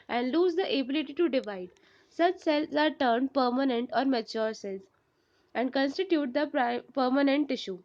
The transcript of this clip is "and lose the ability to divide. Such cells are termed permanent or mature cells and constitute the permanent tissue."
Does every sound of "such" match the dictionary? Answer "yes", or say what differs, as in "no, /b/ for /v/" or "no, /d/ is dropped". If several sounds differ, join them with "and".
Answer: yes